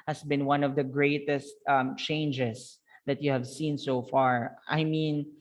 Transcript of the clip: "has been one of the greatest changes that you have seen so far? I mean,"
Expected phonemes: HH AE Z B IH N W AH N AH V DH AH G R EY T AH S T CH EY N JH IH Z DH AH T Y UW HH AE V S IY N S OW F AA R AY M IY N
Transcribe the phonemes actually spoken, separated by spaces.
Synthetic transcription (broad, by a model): HH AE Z B IH N W AH N AH V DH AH G R EY T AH S T CH EY N JH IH S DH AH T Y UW HH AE V S IY N S OW F AA R AY M IY N